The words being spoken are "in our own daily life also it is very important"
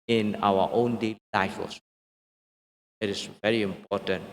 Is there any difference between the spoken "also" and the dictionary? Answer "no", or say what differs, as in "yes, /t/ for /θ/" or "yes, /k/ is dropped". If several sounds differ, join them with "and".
yes, /l/ is dropped